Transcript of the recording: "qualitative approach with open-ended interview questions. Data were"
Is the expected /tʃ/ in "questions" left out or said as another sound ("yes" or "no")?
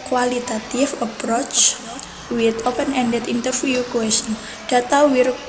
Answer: yes